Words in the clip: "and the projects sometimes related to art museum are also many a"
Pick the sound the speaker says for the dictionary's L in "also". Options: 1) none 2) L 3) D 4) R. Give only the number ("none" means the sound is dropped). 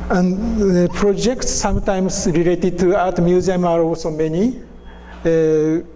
1